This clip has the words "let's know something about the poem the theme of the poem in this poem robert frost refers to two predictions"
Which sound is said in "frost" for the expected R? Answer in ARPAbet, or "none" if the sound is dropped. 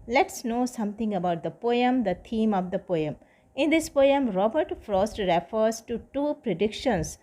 R